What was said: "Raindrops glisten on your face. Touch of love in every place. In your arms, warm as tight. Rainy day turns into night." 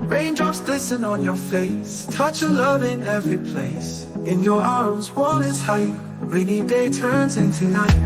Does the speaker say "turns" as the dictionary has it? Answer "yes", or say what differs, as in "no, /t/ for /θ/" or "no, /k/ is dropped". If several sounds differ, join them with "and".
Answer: yes